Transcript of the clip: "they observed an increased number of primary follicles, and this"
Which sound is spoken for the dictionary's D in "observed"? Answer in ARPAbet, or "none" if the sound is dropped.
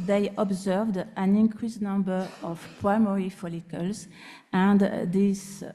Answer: D